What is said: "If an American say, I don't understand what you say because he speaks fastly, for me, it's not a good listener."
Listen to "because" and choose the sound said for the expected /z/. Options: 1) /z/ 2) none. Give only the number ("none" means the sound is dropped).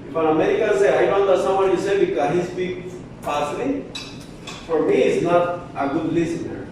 2